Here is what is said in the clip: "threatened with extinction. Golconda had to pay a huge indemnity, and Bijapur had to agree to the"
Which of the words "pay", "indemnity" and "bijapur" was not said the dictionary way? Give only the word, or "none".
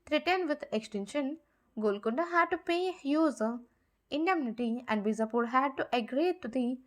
bijapur